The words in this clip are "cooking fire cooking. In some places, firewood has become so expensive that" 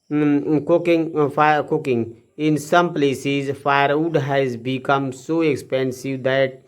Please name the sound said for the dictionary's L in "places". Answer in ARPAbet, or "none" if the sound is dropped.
L